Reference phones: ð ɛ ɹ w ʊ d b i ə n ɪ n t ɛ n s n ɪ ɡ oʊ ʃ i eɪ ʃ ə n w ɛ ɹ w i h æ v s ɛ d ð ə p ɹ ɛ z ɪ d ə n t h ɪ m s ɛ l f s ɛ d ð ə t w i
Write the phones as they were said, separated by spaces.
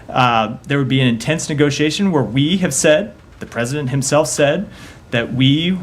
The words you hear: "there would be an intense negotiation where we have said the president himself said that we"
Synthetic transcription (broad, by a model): ð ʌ ɹ w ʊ d b i ə n ɪ n t ɛ n s n ɪ ɡ oʊ ʃ i eɪ ʃ ə n w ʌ ɹ w i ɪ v s ɛ d ð ə p ɹ ɛ z ɪ d ə n t h ɪ m s ɛ l f s ɛ d ð ə t w i